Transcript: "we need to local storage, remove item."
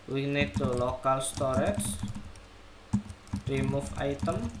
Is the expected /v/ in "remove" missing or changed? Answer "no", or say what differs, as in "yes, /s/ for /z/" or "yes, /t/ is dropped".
yes, /f/ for /v/